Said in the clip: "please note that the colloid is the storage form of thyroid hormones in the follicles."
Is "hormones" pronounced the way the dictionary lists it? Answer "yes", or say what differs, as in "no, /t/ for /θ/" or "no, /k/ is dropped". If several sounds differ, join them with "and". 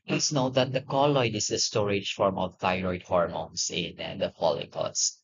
no, /s/ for /z/